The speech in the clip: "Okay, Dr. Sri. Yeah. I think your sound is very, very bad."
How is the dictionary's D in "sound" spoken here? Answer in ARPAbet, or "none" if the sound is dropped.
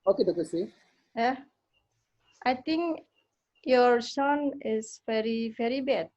none